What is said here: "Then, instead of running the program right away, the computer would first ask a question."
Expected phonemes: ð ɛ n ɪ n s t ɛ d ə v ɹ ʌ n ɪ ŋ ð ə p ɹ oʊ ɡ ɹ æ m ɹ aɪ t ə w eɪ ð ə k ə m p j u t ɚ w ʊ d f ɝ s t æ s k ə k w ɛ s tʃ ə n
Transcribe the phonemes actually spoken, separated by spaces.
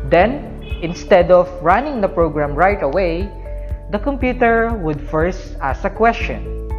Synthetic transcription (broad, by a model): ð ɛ n ɪ n s t ɛ d ə v ɹ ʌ n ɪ ŋ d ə p ɹ oʊ ɡ ɹ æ m ɹ aɪ t ə w eɪ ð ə k ə m p j u t ɚ w ʊ d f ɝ s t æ s ə k w ɛ s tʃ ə n